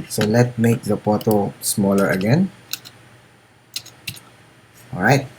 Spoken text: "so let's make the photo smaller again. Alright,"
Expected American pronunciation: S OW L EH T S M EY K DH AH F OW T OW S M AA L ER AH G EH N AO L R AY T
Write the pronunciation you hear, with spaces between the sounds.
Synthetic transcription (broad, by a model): S OW L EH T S M EY K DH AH P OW T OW S M AA L ER AH G EH N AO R AY T